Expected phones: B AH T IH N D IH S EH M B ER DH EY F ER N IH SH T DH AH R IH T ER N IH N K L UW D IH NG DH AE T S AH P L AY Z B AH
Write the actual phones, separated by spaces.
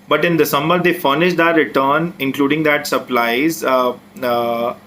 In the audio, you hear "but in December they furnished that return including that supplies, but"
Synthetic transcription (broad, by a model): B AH T IH N D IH S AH M ER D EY F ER N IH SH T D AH R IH T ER N IH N K L UW D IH NG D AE T S AH P L AY Z